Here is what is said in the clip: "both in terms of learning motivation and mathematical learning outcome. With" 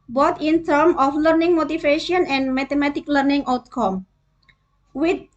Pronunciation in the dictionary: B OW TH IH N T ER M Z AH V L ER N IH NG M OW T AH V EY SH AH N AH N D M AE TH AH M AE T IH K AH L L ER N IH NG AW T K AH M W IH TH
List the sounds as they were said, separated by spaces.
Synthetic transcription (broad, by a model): B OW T IH N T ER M AH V L ER N IH NG M OW T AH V EY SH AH N AH N D M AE T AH M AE T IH K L L ER N IH NG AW T K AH M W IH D